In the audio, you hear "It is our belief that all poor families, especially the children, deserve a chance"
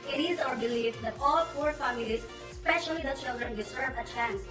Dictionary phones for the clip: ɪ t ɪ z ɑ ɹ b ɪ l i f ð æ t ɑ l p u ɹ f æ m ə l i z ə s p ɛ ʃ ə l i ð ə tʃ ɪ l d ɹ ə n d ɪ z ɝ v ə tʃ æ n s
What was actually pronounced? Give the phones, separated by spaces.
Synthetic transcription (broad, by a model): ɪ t ɪ z ɑ ɹ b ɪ l i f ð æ t ɑ l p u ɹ f æ m ə l i z s p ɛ ʃ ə l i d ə tʃ ɪ l d ɹ ə n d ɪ s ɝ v ə tʃ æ n s